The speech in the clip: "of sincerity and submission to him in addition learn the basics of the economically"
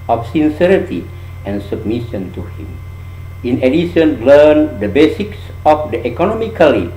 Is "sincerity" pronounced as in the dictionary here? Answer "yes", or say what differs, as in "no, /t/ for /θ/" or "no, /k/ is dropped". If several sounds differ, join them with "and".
yes